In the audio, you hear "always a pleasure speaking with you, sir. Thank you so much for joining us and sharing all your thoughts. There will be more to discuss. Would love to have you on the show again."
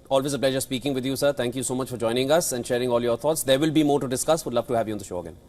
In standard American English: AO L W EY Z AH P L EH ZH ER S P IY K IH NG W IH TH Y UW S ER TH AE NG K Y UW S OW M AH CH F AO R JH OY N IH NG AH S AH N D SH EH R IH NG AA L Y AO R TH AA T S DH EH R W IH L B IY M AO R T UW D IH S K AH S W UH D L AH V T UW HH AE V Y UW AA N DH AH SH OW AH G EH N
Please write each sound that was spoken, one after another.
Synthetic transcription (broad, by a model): AO L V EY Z AH P L EH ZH ER S P IY K IH NG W IH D Y UW S ER T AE NG K Y UW S OW M AH CH F AO R JH OY N IH NG AH S AH N D SH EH R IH NG AA L Y AO R T AA T S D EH R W IH L B IY M AO R T UW D IH S K AH S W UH D L AH V T UW HH AE V Y UW AA N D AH SH OW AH G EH N